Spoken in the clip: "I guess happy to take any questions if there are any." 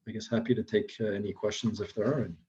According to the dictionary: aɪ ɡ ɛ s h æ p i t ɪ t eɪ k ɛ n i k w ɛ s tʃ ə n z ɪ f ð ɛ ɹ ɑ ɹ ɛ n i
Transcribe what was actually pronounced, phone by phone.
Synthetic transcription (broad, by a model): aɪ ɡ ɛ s h æ p i t ɪ t eɪ k ɛ n i k w ɛ s tʃ ə n z ɪ f ð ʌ ɹ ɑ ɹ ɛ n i